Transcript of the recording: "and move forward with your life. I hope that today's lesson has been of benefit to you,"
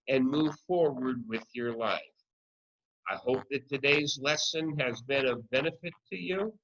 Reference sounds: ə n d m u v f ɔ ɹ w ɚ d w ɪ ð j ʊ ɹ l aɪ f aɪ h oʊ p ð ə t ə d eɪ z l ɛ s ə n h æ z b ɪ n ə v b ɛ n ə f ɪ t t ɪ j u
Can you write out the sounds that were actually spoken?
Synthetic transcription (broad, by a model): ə n m u v f ɔ ɹ w ɚ d w ɪ ð j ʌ ɹ l aɪ f aɪ h oʊ p ð ə t ə d eɪ z l ɛ s ə n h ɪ z b ɪ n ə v b ɛ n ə f ɪ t t ɪ j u